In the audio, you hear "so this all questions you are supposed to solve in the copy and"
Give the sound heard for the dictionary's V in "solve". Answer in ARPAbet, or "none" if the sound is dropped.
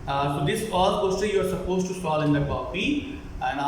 none